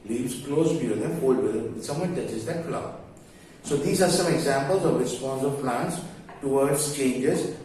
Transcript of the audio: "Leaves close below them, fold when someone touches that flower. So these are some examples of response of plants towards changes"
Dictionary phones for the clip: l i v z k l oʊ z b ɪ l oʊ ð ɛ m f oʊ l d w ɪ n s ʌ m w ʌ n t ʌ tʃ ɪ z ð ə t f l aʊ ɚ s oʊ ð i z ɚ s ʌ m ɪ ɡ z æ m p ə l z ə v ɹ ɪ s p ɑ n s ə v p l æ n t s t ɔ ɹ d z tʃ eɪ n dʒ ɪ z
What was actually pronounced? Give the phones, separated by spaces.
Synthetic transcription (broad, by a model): l i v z k l oʊ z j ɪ oʊ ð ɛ f oʊ l d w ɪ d s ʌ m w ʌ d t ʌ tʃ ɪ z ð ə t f l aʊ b s oʊ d i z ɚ s ʌ m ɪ ɡ z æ m p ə l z ə v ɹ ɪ s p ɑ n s ə v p l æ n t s t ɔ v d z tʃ eɪ n dʒ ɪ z